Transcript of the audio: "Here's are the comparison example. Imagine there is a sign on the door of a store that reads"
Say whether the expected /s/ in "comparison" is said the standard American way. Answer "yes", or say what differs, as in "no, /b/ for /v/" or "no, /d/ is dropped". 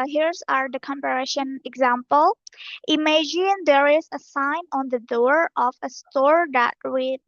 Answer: no, /ʃ/ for /s/